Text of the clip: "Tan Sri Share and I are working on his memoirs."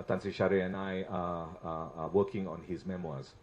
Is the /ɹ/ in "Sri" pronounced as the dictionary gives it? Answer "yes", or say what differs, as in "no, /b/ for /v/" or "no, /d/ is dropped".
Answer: no, /ɹ/ is dropped